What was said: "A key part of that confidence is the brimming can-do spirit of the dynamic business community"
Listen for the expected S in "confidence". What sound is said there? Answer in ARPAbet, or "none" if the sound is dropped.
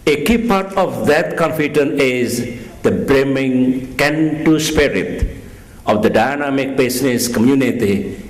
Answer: none